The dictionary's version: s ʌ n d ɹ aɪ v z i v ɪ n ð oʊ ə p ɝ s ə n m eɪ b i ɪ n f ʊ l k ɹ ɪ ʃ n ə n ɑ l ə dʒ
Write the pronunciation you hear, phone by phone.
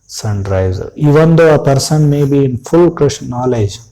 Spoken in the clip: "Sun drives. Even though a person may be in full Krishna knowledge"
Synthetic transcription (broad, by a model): s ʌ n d ɹ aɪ z i v ɪ n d oʊ ə p ɝ s ə n m eɪ b i ɪ n f ʊ l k ɹ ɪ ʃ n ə n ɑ l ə dʒ